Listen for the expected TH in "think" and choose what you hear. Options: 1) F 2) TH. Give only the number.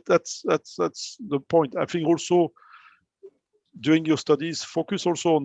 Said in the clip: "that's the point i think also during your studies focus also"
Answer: 1